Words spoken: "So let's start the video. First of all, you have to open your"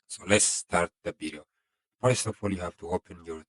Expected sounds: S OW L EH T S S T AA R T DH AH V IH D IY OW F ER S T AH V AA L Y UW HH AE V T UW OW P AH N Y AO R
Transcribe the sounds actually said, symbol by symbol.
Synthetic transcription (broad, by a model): S OW L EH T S S T AA R T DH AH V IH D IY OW P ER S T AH F AA L Y UW HH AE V T UW OW P AH N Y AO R